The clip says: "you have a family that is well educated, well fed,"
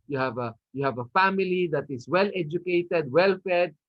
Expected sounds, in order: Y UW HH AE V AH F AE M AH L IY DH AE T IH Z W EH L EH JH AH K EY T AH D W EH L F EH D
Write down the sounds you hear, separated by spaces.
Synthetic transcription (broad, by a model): Y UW HH AE V AH F AE M AH L IY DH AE T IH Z W EH L EH JH AH K EY T AH D W EH L F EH D